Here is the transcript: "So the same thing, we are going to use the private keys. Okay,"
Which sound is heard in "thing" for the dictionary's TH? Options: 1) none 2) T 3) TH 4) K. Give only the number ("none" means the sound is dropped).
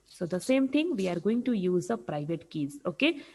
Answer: 2